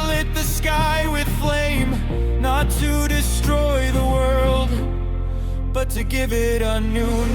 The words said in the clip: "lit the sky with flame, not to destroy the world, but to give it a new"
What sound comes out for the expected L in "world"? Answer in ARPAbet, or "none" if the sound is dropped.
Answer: L